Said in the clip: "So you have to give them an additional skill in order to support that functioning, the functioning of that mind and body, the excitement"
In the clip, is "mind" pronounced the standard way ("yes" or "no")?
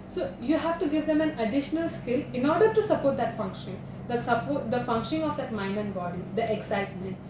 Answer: no